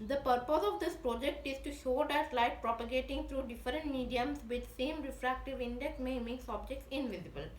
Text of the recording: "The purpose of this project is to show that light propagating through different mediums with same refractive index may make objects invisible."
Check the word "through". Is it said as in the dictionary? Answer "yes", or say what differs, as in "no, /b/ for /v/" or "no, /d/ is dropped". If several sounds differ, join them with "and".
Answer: no, /t/ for /θ/